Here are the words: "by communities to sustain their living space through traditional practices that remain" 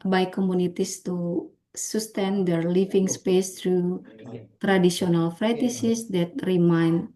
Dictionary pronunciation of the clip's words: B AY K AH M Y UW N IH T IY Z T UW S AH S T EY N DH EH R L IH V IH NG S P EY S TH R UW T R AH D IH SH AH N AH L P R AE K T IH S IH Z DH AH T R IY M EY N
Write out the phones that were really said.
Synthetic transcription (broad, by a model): B AY K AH M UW N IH T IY S T UW S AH S T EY N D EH R L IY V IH NG S P EY S T R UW T R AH D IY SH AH N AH L F R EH T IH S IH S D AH T R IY M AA N